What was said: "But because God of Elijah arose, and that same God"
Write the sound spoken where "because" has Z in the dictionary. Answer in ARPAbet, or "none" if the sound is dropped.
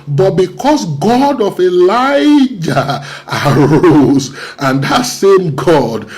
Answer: S